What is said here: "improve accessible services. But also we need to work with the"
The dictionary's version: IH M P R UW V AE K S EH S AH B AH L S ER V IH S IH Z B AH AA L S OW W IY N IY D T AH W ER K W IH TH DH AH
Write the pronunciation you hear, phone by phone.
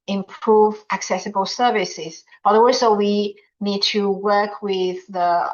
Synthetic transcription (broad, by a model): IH M P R UW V AE K S EH S AH B AH L S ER V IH S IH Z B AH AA W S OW W IY N IY D T AH W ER K W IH DH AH